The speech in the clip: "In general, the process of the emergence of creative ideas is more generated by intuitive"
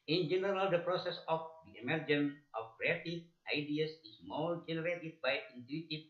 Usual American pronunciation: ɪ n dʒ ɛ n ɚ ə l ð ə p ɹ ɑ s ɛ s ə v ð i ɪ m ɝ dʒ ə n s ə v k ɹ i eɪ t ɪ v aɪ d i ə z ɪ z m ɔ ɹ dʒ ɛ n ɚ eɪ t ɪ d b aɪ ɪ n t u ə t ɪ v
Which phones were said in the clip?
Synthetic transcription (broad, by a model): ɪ n dʒ ɛ n ɚ ə l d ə p ɹ ɑ s ɛ s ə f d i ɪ m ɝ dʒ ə n ə f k ɹ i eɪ t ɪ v aɪ d i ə s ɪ s m ɔ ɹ dʒ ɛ n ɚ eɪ t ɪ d b aɪ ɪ n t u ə t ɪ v